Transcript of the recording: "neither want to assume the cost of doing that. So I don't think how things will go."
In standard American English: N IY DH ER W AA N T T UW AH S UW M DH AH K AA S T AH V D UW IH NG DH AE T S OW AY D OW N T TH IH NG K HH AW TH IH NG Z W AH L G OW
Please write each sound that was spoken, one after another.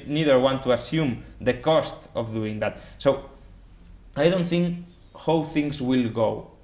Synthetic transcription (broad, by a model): N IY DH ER W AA N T T UW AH S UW M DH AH K AA S T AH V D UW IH NG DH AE T S OW AY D OW N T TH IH NG K HH AW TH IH NG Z W AH L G OW